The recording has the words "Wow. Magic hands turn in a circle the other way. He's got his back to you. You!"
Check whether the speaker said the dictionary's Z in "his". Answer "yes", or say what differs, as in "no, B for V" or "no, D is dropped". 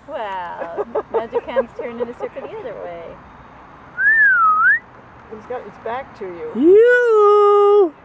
no, S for Z